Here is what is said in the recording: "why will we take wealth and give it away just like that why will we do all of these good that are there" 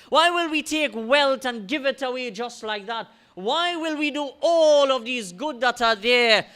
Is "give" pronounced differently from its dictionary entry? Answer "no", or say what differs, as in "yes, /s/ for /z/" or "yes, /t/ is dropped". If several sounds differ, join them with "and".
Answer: no